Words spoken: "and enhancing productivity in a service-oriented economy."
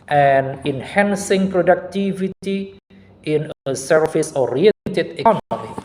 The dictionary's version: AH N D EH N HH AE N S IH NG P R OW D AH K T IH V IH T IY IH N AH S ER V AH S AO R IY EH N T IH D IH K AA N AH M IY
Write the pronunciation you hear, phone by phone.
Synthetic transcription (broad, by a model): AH N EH N HH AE N S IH NG P R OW D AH K T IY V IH T IY IH N AH S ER F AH S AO R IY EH T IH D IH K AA N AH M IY